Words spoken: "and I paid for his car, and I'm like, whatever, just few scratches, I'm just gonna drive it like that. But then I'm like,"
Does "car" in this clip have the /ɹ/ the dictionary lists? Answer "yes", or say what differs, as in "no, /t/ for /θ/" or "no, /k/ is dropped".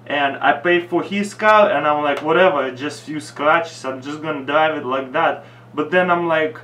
no, /l/ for /ɹ/